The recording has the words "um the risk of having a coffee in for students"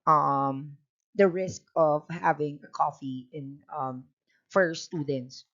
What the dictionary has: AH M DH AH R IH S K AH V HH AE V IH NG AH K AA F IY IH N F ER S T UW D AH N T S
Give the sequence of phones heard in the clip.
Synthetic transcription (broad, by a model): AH M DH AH R IH S K AH V HH AE V IH NG AH K AA F IY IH N F ER S T UW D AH N T S